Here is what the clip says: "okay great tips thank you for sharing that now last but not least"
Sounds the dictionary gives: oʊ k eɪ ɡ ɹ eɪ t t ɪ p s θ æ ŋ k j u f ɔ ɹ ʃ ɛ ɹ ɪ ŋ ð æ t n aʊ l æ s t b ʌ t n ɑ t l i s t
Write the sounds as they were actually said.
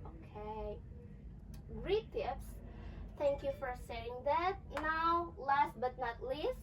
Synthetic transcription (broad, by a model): oʊ k eɪ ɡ ɹ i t t ɪ p s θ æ ŋ k j u f ɔ ɹ s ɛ ɪ ŋ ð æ t n aʊ l æ s t b ʌ t n ɑ t l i s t